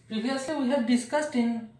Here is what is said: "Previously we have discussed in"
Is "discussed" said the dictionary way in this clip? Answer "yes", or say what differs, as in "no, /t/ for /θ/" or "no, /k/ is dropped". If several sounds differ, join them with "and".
yes